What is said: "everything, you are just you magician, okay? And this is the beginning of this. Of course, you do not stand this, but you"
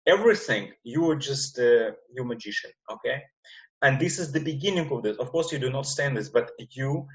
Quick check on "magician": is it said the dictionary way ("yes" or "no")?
yes